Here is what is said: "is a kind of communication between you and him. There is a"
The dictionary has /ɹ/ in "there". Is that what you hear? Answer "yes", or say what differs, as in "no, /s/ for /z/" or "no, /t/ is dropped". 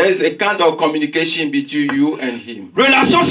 no, /l/ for /ɹ/